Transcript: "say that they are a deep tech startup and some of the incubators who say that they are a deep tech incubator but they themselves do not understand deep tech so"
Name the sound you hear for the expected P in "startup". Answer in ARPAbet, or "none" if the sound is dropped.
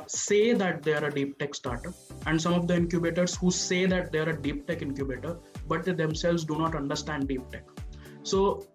none